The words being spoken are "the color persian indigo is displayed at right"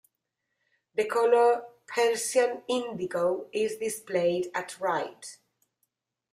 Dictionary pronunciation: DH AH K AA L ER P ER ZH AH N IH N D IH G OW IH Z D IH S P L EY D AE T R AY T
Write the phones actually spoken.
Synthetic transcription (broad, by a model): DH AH K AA L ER P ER S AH N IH N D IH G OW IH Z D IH S P L EY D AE T R AY T